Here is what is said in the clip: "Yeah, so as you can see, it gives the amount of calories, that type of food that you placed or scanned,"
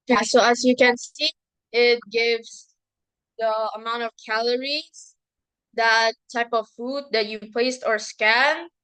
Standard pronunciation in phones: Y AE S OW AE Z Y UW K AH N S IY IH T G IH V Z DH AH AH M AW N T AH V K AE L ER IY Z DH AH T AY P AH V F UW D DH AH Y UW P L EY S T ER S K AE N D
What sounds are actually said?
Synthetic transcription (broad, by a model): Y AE S OW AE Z Y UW K AH N S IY IH T G IH V Z DH AH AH M AW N T AH V K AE L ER IY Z DH AH T AY P AH V F UW D DH AH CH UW P L EY S T ER S K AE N